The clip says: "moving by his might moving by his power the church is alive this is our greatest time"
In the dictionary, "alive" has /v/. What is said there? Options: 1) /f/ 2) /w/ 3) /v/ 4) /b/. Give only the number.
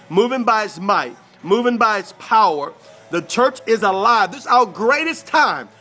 3